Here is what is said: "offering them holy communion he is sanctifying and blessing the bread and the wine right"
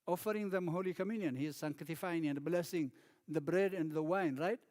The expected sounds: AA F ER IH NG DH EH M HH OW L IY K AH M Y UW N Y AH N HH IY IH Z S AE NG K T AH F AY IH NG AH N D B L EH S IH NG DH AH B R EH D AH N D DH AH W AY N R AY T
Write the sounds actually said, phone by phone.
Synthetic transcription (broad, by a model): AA F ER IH NG DH EH M HH OW L IY K AH M Y UW N Y AH N HH IY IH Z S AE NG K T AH F AY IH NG AH N D B L EH S IH NG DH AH B R EH D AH N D DH AH W AY N R AY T